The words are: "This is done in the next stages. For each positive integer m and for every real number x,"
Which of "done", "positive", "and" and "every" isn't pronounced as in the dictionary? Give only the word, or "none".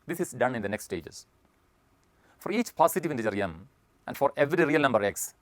positive